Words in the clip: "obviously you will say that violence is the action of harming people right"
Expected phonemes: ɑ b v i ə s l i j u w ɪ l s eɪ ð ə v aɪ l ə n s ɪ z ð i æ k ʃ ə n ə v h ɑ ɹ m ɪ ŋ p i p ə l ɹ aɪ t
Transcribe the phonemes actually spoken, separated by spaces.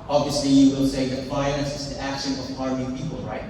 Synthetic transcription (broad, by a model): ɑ b v i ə s l i j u w ɪ l s eɪ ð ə f aɪ n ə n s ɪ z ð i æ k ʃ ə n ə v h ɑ ɹ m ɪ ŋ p i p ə l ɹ aɪ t